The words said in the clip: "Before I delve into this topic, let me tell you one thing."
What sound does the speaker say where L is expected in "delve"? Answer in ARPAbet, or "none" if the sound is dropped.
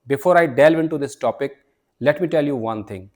L